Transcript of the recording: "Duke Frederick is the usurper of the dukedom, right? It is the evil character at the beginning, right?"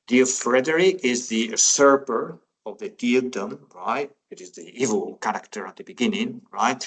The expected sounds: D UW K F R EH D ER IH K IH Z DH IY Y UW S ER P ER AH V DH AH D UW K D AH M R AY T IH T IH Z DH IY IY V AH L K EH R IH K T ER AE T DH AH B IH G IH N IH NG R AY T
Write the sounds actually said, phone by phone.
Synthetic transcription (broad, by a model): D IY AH F R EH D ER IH IH Z DH IY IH S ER P ER AH V DH AH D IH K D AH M R AY T IH T IH Z DH IY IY V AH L K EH R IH K T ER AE T DH AH B IH G IH N IH NG R AY T